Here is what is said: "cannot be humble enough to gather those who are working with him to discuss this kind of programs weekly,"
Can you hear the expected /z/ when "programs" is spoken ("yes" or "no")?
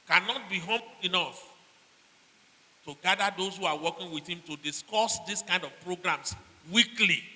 no